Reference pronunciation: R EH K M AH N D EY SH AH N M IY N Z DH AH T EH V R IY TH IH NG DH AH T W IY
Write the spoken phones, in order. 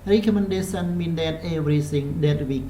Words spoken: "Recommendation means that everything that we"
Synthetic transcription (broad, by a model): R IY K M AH N D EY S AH N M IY N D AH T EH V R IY S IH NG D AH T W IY